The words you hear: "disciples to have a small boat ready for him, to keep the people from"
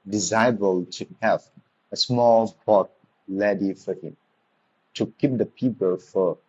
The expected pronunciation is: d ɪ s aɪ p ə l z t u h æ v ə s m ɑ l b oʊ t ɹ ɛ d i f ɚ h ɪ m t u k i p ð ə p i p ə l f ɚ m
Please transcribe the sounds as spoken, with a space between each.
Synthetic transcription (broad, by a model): d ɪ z aɪ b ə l t u h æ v ə s m ɑ l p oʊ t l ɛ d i f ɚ h ɪ m t u k i p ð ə p i p ə l f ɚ